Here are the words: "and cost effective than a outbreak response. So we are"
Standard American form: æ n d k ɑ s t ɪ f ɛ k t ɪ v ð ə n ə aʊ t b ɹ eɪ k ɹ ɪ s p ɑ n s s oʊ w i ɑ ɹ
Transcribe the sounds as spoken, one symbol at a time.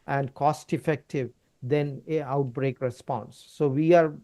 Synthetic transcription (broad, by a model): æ n d k ɑ s t ɪ f ɛ k t ɪ v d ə n ə aʊ t b ɹ eɪ k ɹ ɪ s p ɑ n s s oʊ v i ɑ ɹ